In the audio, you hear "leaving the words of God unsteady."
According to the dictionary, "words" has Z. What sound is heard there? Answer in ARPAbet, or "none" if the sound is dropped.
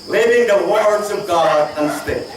Z